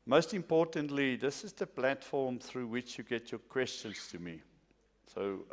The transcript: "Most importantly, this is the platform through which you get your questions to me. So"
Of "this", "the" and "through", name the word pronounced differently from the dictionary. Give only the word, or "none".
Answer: none